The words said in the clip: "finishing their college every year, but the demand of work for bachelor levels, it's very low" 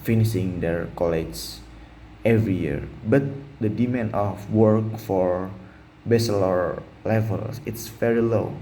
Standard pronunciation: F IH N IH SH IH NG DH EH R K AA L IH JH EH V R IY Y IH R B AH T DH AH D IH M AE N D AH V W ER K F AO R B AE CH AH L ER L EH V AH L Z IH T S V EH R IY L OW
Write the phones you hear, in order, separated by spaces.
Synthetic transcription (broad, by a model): F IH N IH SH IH NG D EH R K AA L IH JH EH V R IY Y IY R B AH T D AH D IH M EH N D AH F W ER K F AO R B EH S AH L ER L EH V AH L S IH T S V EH R IY L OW